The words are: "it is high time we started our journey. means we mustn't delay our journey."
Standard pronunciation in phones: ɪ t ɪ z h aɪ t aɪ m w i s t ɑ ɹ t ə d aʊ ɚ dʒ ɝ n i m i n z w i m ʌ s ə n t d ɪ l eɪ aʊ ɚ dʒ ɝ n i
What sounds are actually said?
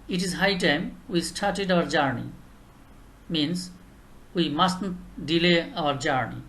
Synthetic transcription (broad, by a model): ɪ t ɪ z h aɪ t aɪ m w i s t ɑ ɹ t ə d aʊ ɚ dʒ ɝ n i m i n s w i m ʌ s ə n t d ɪ l eɪ aʊ ɚ dʒ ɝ n i